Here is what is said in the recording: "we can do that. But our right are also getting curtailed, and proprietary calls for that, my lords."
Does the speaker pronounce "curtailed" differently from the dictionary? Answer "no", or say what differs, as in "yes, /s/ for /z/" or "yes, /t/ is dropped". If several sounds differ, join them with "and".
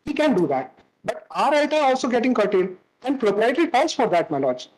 yes, /d/ is dropped